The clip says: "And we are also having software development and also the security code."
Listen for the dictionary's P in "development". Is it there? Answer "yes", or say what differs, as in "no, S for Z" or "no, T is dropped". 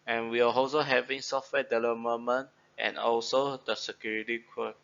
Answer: no, P is dropped